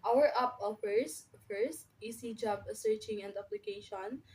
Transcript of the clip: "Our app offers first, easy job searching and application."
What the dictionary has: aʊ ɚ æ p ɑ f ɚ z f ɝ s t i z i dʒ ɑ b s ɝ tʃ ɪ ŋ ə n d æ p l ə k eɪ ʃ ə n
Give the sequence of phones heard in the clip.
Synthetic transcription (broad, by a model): aʊ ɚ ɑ p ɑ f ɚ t f ɝ s t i s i dʒ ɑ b s ɝ tʃ ɪ ŋ ə n d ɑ p l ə k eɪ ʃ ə n